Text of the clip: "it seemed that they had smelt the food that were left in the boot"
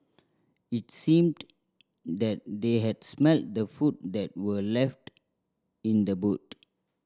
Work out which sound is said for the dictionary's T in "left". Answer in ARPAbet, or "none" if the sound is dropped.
T